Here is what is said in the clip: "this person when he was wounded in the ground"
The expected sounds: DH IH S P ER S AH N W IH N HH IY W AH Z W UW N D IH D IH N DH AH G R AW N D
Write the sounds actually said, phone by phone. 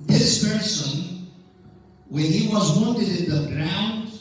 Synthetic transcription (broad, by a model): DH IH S P ER S AH N W IH N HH IY W AH Z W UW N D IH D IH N DH AH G R AW N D